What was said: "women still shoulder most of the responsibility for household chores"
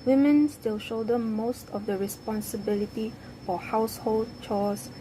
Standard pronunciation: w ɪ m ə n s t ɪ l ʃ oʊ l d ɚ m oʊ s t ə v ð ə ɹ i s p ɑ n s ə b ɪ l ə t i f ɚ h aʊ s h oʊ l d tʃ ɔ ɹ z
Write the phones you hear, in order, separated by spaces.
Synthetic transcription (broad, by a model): w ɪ m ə n s t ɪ l ʃ oʊ d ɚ m oʊ s t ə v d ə ɹ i s p ɑ n s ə b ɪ l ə t i f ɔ h aʊ s h oʊ l d tʃ ɔ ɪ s